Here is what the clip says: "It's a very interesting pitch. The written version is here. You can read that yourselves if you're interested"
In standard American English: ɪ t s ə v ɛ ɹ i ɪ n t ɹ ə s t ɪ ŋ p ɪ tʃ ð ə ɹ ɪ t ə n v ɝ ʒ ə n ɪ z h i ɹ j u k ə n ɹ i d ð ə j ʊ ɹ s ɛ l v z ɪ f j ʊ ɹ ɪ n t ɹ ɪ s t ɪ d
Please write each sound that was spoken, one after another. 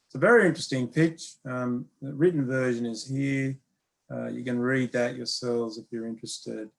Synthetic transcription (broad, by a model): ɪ t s ə v ɛ ɹ i ɪ n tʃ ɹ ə s t ɪ ŋ p ɪ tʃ ð ə ɹ ɪ t n v ɝ ʒ ə n ɪ z h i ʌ j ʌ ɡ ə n ɹ i d ð ə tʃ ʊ ɹ s ɛ l v z ɪ f j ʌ ɹ ɪ n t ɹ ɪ s t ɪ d